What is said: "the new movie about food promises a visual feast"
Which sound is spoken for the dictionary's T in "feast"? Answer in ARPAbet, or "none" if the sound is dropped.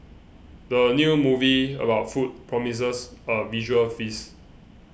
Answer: none